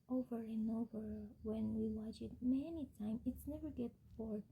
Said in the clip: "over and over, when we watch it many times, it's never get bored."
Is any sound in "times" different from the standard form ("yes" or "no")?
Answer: yes